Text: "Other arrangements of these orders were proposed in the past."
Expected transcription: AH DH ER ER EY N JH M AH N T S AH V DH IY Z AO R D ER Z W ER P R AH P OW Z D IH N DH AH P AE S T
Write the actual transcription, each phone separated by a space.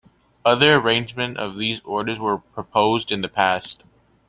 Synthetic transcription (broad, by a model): AH DH ER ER EY N JH M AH N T AH V DH IY Z AO R D ER Z W ER P R AH P OW Z D IH N DH AH P AE S T